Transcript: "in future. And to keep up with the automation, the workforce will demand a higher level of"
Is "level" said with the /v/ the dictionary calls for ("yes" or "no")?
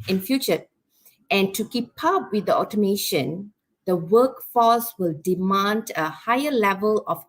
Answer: yes